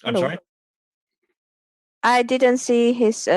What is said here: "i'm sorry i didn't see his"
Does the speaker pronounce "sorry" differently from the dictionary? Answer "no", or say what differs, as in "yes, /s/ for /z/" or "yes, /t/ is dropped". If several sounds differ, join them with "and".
yes, /ɹ/ is dropped